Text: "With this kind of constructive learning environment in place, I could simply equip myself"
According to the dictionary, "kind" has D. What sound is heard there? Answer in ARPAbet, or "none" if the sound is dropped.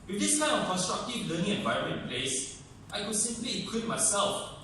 none